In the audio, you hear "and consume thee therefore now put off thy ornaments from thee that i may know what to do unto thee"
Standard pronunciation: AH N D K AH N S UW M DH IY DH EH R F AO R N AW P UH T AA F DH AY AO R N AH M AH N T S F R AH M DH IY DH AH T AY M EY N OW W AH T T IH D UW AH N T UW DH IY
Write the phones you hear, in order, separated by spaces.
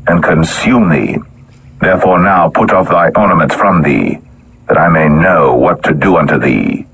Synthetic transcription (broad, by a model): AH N K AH N S UW M DH IY DH EH R F AO R N AW P UH T AA F DH AY AO R N AH M AH N T S F R AH M DH IY DH AH T AY M EY N OW W AH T T IH D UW AH N T UW DH IY